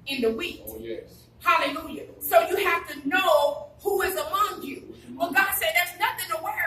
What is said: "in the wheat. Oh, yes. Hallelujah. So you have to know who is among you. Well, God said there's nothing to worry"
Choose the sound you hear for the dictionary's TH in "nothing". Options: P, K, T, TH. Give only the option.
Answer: TH